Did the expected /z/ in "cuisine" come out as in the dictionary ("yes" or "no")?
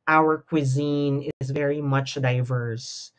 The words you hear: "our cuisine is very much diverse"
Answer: yes